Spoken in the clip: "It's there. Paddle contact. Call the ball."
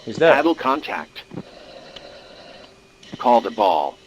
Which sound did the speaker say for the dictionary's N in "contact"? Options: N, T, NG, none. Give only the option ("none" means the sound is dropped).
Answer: N